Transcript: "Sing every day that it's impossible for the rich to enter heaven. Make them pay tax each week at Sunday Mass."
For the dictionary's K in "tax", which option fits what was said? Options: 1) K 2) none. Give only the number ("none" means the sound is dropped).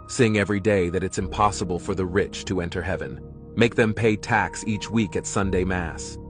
1